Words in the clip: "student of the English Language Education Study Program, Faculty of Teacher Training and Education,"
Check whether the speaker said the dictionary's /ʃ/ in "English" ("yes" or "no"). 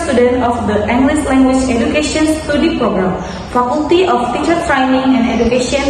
no